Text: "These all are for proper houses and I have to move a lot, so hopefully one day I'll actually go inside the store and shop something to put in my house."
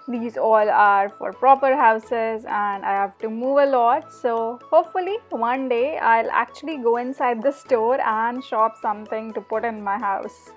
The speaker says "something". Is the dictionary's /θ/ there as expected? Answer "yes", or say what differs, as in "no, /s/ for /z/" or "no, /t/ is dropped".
no, /t/ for /θ/